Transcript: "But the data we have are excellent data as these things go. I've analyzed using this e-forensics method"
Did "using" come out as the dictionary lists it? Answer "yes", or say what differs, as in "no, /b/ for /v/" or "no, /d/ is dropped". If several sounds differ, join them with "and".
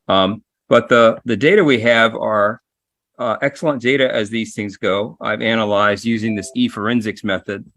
yes